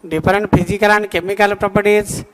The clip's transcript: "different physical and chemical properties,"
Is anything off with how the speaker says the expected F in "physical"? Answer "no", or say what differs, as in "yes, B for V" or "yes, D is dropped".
yes, P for F